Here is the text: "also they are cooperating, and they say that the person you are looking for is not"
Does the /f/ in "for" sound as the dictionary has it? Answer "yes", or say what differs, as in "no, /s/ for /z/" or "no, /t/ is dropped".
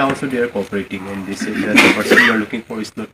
no, /p/ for /f/